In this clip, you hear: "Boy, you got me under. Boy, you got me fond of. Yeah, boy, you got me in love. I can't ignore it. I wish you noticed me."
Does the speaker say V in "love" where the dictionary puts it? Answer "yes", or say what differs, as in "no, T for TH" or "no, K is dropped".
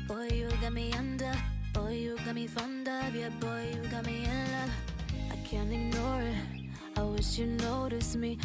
no, V is dropped